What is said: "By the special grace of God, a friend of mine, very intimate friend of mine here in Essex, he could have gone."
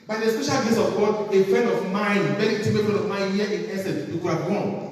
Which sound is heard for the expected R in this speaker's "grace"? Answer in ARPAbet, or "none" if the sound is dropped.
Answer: none